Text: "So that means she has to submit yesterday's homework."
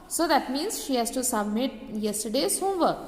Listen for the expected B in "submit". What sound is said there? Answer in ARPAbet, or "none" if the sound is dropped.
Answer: B